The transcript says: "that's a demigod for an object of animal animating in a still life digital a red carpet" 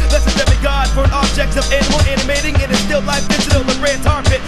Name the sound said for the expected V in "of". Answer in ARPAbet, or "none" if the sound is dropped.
V